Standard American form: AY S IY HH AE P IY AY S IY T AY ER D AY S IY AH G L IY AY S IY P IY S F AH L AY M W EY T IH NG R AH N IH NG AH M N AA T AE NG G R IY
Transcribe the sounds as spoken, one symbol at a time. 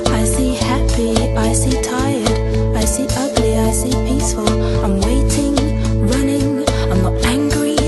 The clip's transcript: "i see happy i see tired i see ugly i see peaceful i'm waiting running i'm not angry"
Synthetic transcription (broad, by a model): AY S IY HH AE P IY AY S IY T AY ER D AY S IY AH G L IY AY S IY P IY S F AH L AY M W EY T IH NG R AH N IH NG AH M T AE NG G R IY